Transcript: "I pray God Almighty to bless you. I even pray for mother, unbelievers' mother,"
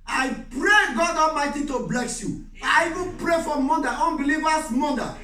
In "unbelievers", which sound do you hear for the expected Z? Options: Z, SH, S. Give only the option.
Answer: S